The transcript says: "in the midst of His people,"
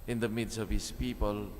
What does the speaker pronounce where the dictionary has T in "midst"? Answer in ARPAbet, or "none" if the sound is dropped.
none